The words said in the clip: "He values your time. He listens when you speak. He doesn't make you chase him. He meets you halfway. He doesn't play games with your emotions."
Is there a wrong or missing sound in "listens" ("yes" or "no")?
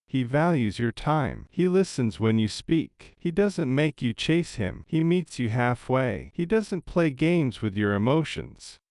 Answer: no